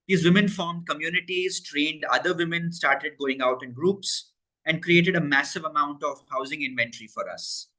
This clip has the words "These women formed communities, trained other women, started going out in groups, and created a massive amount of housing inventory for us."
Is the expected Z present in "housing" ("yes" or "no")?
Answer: yes